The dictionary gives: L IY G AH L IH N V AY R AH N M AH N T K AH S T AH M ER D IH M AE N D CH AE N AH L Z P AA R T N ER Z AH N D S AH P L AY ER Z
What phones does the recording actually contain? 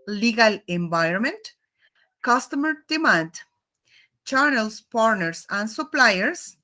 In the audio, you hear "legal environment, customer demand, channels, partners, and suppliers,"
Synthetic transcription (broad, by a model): L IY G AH L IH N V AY R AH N M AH N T K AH S T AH M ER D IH M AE N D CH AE N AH L S P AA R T N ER S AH N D S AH P L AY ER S